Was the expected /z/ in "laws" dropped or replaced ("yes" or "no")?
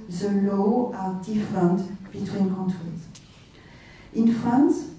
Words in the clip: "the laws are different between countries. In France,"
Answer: yes